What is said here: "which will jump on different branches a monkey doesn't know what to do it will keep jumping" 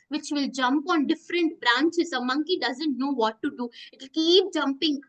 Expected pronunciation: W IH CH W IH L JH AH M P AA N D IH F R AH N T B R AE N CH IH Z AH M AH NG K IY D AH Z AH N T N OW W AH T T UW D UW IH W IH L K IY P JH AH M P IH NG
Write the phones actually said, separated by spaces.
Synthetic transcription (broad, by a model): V IH CH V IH L JH AH M P AA N D IH F R AH N T B R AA N CH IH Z AH M AH NG K IY D AH Z AH N T N OW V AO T T UW D UW IH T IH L K IY P JH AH M P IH NG